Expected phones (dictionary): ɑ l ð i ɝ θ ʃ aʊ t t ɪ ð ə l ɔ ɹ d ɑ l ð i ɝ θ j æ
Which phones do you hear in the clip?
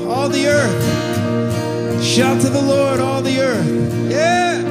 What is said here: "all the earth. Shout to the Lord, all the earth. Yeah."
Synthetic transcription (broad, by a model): ɑ l ð i ɝ θ ʃ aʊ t t ɪ ð ə l ɔ ɹ d ɑ l ð i ɝ θ j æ